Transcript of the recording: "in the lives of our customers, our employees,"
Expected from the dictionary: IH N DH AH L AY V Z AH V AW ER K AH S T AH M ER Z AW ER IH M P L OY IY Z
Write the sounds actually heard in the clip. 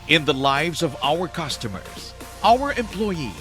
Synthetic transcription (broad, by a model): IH N DH AH L AY V Z AH V AW ER K AH S T AH M ER Z AW ER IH M P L OY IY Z